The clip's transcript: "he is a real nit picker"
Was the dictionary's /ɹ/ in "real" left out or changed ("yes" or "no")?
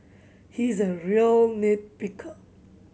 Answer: no